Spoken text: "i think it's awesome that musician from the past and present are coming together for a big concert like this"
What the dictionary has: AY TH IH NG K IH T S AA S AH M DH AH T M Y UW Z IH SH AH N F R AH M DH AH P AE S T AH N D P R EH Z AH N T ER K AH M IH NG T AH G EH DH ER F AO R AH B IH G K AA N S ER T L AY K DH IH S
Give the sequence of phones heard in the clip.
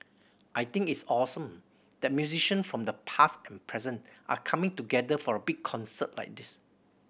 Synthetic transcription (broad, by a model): AY T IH NG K IH T S AA S AH M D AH T M Y UW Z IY SH AH N F R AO M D AH P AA S T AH N P R EH Z AH N T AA K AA M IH NG T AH G EH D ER F AO R AH B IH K AA N S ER T L AY K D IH S